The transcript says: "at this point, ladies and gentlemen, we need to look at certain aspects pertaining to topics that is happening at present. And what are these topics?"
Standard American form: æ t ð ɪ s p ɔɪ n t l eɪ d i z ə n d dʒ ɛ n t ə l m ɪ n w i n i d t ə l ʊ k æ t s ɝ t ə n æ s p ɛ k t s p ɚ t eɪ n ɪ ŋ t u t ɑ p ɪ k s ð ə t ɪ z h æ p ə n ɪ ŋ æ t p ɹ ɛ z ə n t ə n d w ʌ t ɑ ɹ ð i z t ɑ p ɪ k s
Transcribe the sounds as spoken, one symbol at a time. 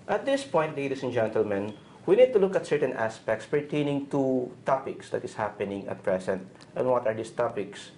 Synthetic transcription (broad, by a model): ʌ t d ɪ s p ɔɪ n t l eɪ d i s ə n dʒ ɛ n t ə l m ɪ n w i n i d t ə l ʊ k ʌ t s ɝ t ə n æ s p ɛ k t s p ɚ t eɪ n ɪ ŋ t u t ɑ p ɪ k s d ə t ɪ s h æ p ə n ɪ ŋ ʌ t p ɹ ɛ s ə n t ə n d w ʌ t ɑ ɹ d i s t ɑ p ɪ k s